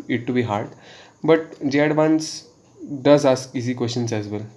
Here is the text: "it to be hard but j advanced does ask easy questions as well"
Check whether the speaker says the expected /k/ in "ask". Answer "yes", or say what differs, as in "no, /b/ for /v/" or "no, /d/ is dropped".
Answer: no, /k/ is dropped